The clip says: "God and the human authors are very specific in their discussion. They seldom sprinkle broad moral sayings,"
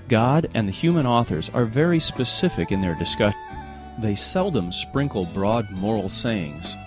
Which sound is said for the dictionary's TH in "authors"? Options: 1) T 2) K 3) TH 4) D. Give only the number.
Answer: 3